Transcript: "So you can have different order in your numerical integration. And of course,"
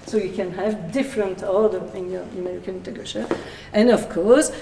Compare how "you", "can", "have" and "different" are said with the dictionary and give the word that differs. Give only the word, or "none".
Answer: none